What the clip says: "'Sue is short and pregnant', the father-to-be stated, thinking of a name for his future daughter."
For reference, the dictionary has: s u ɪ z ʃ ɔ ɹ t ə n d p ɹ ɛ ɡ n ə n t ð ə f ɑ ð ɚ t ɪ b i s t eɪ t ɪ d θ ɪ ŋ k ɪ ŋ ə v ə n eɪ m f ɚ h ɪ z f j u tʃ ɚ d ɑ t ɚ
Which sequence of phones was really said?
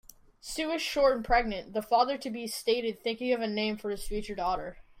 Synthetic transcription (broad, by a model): s u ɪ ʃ ʃ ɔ ɹ ə n p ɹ ɛ ɡ n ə n ð ə f ɑ ð ɚ t ɪ b i s t eɪ t ɪ d θ ɪ ŋ k ɪ ŋ ə v ə n eɪ m f ɚ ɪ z f j u tʃ ɚ d ɑ t ɚ